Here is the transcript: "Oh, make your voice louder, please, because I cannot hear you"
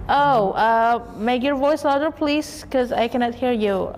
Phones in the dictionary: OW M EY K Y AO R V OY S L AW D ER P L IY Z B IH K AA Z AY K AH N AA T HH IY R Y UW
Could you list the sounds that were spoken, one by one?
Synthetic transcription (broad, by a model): OW M EY K Y AO R V OY S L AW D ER P L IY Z K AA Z AY K AH N AA T HH IY R Y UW